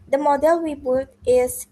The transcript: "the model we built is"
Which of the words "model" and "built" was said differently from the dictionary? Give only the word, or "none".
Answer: built